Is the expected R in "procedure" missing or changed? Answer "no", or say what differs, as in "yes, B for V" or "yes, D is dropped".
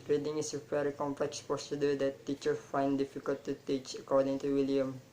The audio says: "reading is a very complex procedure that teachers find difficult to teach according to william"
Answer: yes, R is dropped